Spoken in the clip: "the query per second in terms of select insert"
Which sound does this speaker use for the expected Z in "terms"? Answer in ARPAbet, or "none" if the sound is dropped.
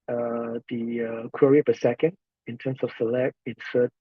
S